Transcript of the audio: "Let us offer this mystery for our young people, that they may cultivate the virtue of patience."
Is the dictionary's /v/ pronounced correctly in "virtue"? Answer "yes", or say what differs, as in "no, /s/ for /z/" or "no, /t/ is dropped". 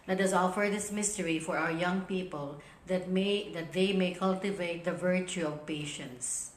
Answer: yes